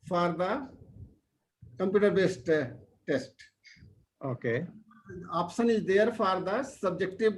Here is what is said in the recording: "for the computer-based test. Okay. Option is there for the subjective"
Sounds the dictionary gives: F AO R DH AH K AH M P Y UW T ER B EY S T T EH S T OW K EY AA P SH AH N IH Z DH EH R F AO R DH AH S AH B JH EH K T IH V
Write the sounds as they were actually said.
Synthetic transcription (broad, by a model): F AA R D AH K AH M P Y UW T ER B EY S T T EH S T OW K EY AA P S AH N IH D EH R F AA R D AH S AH B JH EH K T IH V